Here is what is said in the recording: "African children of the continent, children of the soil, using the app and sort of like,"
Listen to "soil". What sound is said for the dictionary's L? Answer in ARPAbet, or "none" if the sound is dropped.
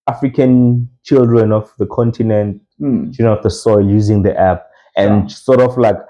L